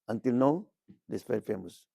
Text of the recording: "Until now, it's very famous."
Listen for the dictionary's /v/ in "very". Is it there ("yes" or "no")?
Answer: no